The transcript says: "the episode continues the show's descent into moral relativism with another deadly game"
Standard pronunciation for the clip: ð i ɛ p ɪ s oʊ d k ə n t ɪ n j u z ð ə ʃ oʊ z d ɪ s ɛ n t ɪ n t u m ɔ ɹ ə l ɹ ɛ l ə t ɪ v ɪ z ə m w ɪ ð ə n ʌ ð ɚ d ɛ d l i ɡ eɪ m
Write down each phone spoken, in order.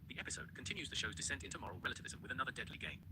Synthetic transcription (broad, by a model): ð i ɛ p ɪ s oʊ d k ə n t ɪ n j u z ð ə ʃ oʊ z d ɪ s ɛ n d ɪ n t u m ɔ ɹ ə l ɹ ɛ l ə t ɪ v ɪ z ə m w ɪ ð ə n ʌ ð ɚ d ɛ d l i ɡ eɪ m